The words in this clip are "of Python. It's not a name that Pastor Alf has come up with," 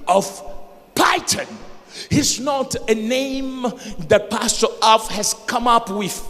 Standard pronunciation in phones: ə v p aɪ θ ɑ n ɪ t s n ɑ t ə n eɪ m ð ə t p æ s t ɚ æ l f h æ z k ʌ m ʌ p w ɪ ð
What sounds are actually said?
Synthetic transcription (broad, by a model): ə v p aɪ t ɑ n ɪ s n ɑ t ə n eɪ m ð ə t p æ s t ɚ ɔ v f h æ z k ʌ m ʌ p w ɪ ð